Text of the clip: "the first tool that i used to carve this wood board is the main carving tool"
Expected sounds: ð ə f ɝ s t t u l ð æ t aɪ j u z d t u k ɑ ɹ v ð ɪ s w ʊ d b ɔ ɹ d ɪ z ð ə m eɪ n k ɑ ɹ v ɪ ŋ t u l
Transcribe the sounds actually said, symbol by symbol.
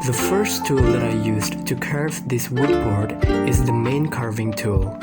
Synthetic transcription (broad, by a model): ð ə f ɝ s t t u l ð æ t aɪ j u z t u k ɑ ɹ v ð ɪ s w ʊ d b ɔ ɹ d ɪ z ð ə m eɪ n k ɑ ɹ v ɪ ŋ t u l